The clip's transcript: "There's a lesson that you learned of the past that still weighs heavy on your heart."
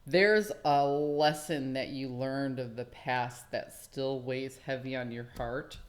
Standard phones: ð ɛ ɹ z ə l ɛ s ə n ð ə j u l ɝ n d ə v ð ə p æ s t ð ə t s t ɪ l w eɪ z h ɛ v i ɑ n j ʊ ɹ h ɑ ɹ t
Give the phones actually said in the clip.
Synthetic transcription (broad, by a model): ð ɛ ɹ z ə l ɛ s ə n ð ə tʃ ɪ l ɝ n d ə v ð ə p æ s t ð ə t s t ɪ l w eɪ z h ɛ v i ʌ n j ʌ ɹ h ɑ ɹ t